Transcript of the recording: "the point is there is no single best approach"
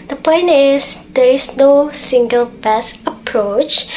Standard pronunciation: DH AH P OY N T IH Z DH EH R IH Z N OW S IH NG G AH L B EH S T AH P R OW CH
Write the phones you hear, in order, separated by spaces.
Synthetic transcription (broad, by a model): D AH P OY N T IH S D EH R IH S N OW S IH NG G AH L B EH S AH P R OW CH